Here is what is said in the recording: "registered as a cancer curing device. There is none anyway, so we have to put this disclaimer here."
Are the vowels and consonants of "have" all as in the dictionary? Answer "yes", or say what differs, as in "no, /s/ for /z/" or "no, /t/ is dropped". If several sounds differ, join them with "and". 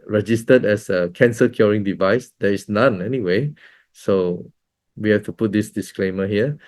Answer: no, /f/ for /v/